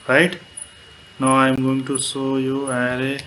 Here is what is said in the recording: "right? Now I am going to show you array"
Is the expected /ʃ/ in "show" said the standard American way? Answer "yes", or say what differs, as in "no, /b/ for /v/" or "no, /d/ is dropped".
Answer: no, /s/ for /ʃ/